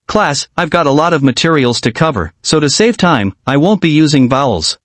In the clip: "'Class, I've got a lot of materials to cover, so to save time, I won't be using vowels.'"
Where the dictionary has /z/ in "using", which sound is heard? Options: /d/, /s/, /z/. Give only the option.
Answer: /z/